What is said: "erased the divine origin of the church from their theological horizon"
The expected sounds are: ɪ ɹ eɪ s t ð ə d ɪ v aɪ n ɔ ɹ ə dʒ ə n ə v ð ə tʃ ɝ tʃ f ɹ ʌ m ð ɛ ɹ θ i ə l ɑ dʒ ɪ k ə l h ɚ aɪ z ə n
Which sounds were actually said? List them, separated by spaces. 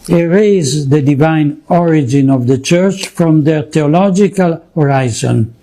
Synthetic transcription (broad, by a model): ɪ ɹ eɪ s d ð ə d ɪ v aɪ n ɔ ɹ ə dʒ ə n ə v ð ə tʃ ɝ tʃ f ɹ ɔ m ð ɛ ɹ t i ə l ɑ dʒ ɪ k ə l h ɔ aɪ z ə n